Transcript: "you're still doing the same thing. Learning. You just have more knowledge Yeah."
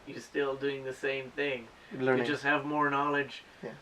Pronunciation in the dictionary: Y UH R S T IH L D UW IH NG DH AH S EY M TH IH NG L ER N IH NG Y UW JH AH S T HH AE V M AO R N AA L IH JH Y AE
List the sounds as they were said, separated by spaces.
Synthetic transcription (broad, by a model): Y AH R S T IH L D UW IH NG DH AH S EY M TH IH NG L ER IH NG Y JH AH S T HH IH V M AO R N AA L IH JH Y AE